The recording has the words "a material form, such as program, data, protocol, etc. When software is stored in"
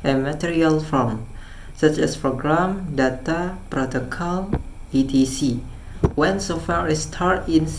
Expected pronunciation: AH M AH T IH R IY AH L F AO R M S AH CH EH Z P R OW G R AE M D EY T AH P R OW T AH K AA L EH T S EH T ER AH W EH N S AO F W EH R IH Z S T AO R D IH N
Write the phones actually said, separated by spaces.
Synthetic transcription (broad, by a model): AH M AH T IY R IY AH L F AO M S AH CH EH S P R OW G R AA M D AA T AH P R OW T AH K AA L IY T IY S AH W EH N S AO F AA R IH S T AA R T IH N